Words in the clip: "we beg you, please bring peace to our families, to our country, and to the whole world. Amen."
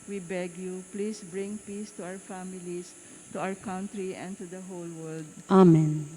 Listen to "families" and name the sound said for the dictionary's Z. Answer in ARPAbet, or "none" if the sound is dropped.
S